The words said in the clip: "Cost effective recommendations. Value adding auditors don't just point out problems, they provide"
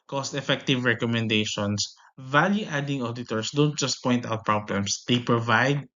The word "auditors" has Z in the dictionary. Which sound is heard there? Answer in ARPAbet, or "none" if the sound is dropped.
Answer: S